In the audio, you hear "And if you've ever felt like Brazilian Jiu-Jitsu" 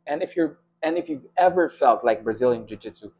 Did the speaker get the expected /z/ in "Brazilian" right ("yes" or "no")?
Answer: yes